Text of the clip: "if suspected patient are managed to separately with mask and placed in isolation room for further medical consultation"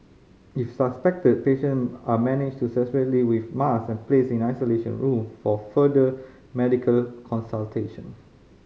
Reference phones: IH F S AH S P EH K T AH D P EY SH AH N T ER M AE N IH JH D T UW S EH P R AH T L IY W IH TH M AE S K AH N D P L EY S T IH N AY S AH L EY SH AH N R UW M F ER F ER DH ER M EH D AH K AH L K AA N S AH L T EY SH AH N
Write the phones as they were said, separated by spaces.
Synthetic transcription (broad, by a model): IH F S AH S P EH K T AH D P EY SH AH N AA M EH N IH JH T UW S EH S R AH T L IY W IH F M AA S AH N P L EY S IH N AY S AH L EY SH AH N R UW M F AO F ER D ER M EH D AH K AH L K AA N S AH L T EY SH AH N